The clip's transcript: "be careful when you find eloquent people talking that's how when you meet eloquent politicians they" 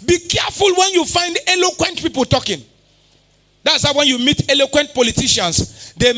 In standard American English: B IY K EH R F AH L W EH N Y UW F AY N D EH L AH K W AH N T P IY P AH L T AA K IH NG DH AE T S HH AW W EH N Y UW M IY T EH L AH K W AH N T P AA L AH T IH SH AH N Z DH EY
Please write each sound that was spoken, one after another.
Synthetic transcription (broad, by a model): B IY K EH F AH L W EH N Y UW F AY N D EH L AH K W AH N T P IY P AH L T AA K IH NG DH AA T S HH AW W EH N Y UW M IY T EH L AH K W AH N T P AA L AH T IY SH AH N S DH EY